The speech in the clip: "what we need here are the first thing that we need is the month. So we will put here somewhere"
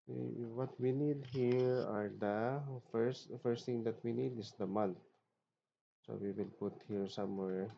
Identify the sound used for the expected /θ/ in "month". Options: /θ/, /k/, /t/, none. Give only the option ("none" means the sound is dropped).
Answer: /t/